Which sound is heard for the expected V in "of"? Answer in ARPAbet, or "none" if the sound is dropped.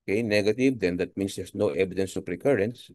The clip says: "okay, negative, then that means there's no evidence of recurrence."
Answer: P